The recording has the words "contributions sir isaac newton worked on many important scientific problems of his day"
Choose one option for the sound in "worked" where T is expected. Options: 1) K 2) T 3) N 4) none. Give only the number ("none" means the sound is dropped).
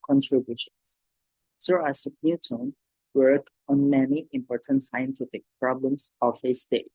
4